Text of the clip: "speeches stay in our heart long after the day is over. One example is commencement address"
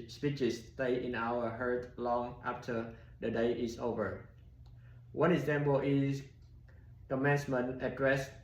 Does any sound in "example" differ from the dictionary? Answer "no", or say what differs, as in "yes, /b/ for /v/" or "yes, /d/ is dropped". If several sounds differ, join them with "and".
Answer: yes, /b/ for /p/